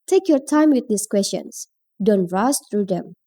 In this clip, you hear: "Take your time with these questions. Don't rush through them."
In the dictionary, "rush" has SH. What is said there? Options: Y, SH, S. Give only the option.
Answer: S